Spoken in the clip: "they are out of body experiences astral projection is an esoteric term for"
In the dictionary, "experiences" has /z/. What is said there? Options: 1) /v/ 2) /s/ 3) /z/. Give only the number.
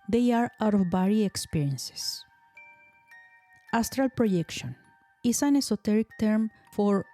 2